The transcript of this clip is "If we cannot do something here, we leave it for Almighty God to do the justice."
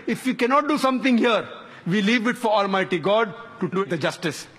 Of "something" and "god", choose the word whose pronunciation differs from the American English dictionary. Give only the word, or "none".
something